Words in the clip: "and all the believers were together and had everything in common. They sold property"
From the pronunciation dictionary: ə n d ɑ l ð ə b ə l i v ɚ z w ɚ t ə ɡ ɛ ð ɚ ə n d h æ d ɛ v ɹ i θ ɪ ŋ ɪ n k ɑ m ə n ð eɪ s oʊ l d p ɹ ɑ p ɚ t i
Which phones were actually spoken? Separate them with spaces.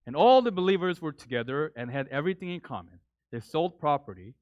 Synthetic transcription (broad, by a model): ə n ɑ l ð ə b ə l i v ɚ z w ɚ t ə ɡ ɛ ð ɚ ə n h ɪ d ɛ v ɹ i θ ɪ ŋ ɪ n k ɑ m ə n ð eɪ s oʊ l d p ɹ ɑ p ɚ t i